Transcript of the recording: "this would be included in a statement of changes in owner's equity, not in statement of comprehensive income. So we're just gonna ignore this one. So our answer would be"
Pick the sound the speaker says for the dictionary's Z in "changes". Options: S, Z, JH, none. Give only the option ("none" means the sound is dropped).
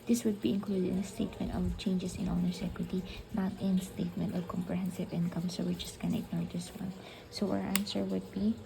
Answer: S